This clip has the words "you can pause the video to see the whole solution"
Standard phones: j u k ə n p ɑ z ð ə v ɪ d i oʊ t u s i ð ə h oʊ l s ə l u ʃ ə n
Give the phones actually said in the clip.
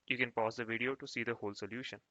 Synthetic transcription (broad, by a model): j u k ə n p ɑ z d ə v ɪ d i oʊ t u s i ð ə h oʊ l s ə l u ʃ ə n